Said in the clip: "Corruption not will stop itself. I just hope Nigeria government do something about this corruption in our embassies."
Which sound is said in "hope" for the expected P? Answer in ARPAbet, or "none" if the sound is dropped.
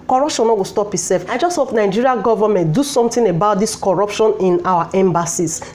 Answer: F